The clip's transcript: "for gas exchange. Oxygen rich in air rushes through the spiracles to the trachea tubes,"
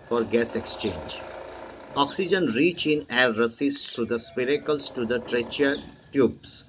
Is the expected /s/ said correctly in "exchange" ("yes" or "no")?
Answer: yes